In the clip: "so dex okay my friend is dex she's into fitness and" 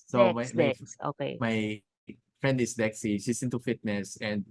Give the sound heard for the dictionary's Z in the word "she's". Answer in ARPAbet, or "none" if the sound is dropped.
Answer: S